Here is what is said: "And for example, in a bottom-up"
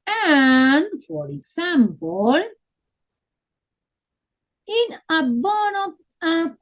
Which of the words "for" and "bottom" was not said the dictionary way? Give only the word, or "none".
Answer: bottom